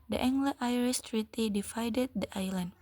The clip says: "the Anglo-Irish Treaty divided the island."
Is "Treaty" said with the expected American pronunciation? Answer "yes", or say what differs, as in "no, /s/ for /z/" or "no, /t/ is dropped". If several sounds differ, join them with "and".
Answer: yes